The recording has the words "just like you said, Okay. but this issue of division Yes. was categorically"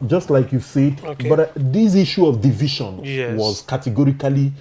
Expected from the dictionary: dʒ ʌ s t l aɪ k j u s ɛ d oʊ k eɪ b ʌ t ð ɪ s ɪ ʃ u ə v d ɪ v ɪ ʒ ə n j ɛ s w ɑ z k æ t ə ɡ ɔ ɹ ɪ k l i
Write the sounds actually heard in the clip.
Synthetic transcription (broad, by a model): dʒ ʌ s t l aɪ k j u s ɛ d b ʌ t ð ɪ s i ʃ u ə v d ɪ v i ʃ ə n w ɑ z k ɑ t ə ɡ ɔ ɹ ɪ k l i